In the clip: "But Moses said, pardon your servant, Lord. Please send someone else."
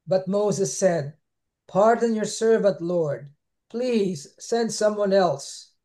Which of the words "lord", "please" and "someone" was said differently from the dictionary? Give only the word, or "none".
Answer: none